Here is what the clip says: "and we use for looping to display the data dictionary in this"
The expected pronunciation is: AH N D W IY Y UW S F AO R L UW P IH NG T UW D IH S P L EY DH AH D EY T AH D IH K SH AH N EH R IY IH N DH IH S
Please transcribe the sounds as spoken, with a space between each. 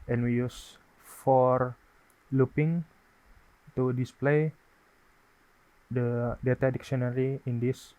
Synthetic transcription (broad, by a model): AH N W IY Y UW S F AO R L UW P IH NG T UW D IH S P L EY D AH D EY T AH D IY K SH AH N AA R IY IH N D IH S